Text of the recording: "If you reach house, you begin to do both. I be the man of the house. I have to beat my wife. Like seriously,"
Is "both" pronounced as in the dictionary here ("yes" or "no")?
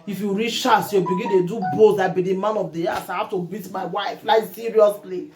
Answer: no